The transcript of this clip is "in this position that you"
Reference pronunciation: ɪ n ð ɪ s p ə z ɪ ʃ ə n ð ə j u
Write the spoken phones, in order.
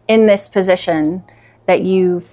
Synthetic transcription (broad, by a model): ɪ n ð ɪ s p ə z ɪ ʃ ə n ð ə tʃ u